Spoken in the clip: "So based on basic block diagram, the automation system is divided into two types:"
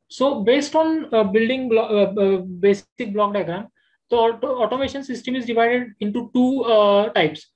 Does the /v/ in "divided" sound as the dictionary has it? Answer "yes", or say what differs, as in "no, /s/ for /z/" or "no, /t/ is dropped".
yes